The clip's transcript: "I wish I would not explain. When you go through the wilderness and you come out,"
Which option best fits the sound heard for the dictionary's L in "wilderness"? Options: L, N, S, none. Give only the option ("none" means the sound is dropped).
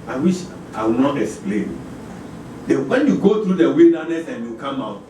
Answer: N